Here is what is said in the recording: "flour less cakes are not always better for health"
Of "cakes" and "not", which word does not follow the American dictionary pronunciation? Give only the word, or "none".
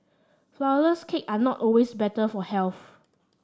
cakes